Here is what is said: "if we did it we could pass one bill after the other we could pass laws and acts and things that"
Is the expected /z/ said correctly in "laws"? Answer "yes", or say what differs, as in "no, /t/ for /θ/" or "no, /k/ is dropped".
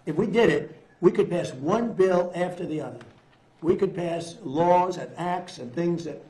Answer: yes